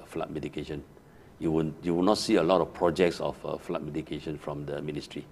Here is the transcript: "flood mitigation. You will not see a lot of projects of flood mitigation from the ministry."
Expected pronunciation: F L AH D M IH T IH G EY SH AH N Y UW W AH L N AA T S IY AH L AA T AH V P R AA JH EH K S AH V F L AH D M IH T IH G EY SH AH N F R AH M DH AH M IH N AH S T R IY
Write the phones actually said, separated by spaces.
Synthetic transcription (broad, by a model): F L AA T M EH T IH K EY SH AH N Y UW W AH W N AA T S IY AH L AA T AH F P R AA JH EH K S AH F F L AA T M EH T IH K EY SH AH N F R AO M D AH M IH N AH S T R IY